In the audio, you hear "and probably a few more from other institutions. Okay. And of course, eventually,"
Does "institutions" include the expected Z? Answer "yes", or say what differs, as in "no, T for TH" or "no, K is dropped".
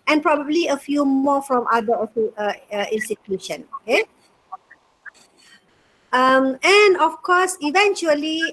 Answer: no, Z is dropped